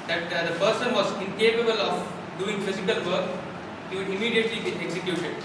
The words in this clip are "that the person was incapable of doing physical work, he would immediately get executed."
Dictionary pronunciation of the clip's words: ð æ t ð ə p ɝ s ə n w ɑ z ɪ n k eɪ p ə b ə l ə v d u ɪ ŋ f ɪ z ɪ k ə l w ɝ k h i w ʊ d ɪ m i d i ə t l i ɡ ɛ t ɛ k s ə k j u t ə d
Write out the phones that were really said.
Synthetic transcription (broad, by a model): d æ t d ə p ɝ s ə n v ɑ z ɪ n k eɪ p ə b ə l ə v d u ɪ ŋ f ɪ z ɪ k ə l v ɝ k h i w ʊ d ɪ m i d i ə t l i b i ɛ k s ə k j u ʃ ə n